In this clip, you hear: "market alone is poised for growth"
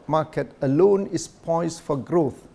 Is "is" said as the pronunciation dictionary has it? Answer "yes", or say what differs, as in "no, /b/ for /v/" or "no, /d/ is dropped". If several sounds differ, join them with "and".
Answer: no, /s/ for /z/